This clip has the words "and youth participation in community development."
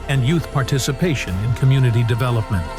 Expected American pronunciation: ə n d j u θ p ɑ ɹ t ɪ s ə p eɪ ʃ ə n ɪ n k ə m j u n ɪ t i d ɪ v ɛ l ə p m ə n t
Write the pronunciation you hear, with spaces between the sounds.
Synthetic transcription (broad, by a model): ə n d j u θ p ɑ ɹ t ɪ s ə p eɪ ʃ ə n ɪ n k ə m j u n ɪ t i d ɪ v ɛ l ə p m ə n t